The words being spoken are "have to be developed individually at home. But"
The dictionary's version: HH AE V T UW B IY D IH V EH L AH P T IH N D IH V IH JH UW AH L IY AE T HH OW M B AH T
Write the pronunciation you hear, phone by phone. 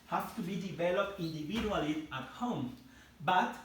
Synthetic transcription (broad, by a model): HH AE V T UW B IY D IH V EH L AH P T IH N D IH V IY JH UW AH L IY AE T HH OW M B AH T